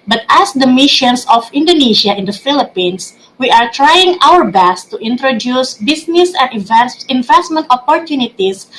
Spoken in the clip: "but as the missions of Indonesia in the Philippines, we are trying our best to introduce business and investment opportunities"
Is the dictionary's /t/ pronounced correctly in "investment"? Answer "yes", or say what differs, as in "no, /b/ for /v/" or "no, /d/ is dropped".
yes